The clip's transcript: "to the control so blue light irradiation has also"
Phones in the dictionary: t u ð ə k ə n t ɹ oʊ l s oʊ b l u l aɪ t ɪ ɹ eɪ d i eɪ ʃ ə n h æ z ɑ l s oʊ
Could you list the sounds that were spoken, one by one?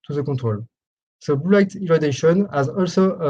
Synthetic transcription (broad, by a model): t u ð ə k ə t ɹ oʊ l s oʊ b u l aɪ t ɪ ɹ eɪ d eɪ ʃ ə n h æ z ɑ l s oʊ